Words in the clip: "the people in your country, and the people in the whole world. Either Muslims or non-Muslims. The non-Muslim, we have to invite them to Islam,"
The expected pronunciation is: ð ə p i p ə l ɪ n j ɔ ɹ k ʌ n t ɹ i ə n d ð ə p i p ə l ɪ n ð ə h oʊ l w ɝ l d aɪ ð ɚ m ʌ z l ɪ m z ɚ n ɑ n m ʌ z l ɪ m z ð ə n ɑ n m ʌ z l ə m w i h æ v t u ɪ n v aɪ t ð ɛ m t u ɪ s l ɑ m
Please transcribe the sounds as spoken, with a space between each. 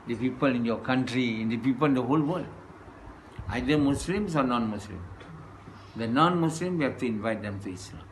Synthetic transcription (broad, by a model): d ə p i p ə l ɪ n j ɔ k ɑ n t ɹ i ə n d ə p i p ə l ɪ n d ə h oʊ l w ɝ l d aɪ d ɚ m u s l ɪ m s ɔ n ɑ n m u s l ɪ m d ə n ɑ n m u s l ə m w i h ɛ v t u ɪ n v aɪ t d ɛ m t u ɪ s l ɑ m